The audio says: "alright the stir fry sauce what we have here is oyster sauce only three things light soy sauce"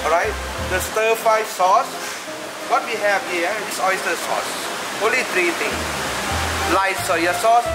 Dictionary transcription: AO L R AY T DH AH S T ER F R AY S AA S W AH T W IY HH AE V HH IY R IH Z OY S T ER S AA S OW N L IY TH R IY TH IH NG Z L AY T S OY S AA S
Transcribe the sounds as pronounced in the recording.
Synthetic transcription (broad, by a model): AO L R AY T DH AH S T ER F AY S AA S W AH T W IY HH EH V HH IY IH S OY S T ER S AA S OW N L IY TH R IY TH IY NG S L AY T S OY S AA S